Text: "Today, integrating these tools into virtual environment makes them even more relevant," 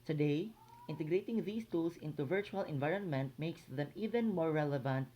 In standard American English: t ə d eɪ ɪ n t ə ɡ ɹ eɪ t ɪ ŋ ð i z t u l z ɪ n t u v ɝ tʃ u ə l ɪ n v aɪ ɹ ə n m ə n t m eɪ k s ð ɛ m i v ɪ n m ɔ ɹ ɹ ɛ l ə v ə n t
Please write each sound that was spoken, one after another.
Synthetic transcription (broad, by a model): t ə d eɪ ɪ n t ə ɡ ɹ eɪ t ɪ ŋ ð i s t u l s ɪ n t u v ɝ tʃ u ə l ɪ n v aɪ ɹ ə n m ə n t m eɪ k s ð ɛ m i v ɪ n m ɔ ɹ ɹ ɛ l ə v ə n t